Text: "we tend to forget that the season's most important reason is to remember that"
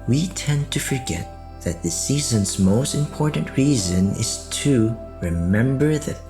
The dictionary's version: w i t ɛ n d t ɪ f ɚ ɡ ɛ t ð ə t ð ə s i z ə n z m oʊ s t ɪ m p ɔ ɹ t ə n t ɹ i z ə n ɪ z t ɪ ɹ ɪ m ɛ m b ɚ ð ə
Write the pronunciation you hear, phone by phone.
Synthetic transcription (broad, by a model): w i t ɛ n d t ɪ f ɚ ɡ ɛ t ð ə t ð ə s i z ə n z m oʊ s t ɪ m p ɔ ɹ t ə n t ɹ i z ə n ɪ z t ɪ ɹ ɪ m ɛ m b ɚ ð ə